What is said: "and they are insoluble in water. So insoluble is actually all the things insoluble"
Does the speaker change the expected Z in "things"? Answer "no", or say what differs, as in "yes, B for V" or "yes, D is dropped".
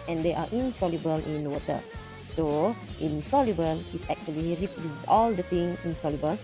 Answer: yes, Z is dropped